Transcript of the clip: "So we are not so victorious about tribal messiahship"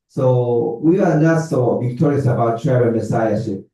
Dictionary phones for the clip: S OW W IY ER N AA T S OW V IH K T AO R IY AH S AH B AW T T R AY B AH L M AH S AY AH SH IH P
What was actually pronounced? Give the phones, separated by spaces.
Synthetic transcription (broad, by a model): S OW W IY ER N AA T S OW V IH K T AO R IY AH S AH B AW T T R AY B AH N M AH S AY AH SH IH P